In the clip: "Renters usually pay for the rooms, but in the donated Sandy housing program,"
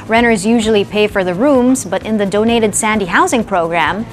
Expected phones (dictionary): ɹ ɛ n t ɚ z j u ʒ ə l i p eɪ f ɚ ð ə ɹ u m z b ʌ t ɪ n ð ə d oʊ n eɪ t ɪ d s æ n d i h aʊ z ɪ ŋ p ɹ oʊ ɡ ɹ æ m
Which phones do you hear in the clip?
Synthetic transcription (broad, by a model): ɹ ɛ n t ɚ z j u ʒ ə l i p eɪ f ɚ ð ə ɹ u m z b ʌ t ɪ n ð ə d oʊ n eɪ t ɪ d s æ n d i h aʊ z ɪ ŋ p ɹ oʊ ɡ ɹ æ m